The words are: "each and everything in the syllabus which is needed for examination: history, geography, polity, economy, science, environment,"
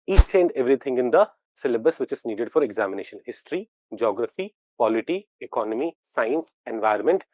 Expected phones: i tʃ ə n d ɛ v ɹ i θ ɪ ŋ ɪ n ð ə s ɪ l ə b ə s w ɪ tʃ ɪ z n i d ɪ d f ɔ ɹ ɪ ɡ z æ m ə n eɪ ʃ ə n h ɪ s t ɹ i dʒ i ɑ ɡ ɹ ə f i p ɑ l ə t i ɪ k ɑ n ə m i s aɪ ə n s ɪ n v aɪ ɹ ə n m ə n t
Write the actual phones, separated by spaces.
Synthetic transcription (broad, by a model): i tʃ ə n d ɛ v ɹ i t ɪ ŋ ɪ n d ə s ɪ l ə b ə s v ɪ tʃ ɪ z n i d ɪ d f ɔ ɹ ɪ ɡ z æ m ə n eɪ ʃ ə n h ɪ s t ɹ i dʒ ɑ ɡ ɹ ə f i p ɑ l ə t i ɪ k ɑ n ə m i s aɪ ə n s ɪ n v aɪ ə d m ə n t